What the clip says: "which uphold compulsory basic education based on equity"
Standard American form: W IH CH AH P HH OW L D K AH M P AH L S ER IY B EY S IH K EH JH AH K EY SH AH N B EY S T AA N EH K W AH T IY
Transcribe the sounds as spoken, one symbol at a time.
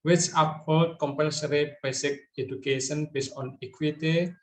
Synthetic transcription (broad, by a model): W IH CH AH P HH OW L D K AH M P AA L S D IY B EY S IH K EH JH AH K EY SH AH N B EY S AA N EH K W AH T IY